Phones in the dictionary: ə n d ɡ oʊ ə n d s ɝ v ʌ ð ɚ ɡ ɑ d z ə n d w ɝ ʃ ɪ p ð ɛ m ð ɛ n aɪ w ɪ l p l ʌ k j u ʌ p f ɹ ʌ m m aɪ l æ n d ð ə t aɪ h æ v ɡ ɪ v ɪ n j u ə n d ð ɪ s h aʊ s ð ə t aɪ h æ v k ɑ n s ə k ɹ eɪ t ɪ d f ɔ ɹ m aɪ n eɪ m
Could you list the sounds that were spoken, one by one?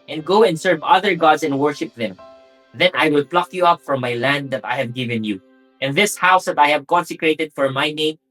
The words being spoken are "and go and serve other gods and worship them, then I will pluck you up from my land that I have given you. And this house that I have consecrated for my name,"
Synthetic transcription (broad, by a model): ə n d ɡ oʊ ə n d s ɝ v ʌ ð ɚ ɡ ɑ d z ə n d w ɝ ʃ ɪ p ð ɛ m ð ɛ n aɪ w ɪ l p l ʌ k j u ʌ p f ɹ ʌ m m aɪ l æ n d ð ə t aɪ h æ v ɡ ɪ v ɪ n j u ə n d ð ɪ s h aʊ s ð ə t aɪ h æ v k ɑ n s ə k ɹ eɪ t ɪ d f ɔ ɹ m aɪ n eɪ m